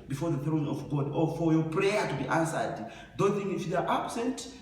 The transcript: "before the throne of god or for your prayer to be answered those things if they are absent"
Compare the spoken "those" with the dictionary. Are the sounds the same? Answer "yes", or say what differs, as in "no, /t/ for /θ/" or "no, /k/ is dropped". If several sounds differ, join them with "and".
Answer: no, /z/ is dropped